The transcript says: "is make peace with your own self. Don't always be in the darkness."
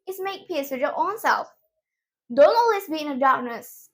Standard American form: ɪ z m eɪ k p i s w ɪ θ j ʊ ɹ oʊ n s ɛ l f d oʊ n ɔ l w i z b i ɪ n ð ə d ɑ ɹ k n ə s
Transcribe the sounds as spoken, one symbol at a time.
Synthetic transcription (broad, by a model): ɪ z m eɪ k p i s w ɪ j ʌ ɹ oʊ n s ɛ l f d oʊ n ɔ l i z b i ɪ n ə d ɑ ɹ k n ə s